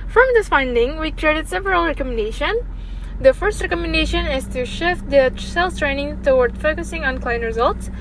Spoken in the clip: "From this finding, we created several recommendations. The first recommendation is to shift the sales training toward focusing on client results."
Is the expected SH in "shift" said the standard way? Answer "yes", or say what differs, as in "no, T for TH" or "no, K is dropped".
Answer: yes